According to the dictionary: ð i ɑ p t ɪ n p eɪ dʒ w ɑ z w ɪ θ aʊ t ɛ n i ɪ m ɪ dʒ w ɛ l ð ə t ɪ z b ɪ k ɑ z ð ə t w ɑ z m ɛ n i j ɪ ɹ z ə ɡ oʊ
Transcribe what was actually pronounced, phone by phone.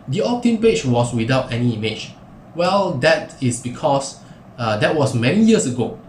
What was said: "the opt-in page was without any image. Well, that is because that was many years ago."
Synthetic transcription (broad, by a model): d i ɑ p t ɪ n p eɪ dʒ w ɑ s w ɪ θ aʊ t ɛ n i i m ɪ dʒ w ɛ l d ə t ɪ s b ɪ k ɑ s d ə t w ɑ s m ɛ n i j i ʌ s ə ɡ oʊ